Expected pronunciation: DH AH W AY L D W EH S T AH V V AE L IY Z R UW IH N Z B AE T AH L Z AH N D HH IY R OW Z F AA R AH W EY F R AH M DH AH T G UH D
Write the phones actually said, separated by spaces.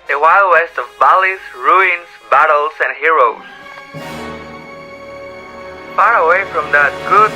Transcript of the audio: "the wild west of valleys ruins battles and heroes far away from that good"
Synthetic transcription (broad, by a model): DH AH W AY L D W EH S T AH V B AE L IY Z R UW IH N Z B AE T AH L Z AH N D HH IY R OW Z F AA R AH W EY F R AH M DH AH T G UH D